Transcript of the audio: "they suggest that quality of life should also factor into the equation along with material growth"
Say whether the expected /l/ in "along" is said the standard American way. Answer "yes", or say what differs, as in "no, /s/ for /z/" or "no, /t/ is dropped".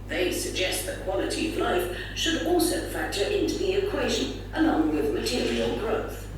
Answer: no, /n/ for /l/